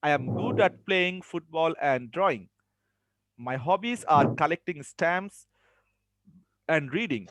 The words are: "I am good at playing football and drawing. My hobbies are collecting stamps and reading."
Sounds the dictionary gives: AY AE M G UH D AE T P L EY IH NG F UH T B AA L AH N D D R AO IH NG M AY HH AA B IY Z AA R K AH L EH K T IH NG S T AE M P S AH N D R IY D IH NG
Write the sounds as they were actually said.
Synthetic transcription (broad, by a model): AY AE M G UH D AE T P L EY IH NG F UH T B AA L AH N D D R AO IH NG M AY HH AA B IY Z AA R K AH L EH K T IH NG S T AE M S AH N D R IY D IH NG